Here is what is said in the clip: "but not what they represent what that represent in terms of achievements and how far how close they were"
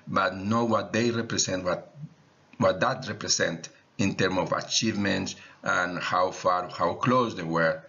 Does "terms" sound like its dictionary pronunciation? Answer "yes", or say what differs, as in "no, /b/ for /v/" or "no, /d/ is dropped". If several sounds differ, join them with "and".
no, /z/ is dropped